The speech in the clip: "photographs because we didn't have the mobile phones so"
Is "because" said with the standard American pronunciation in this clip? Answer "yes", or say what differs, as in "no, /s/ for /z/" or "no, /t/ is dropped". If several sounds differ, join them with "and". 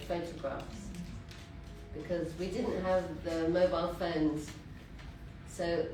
yes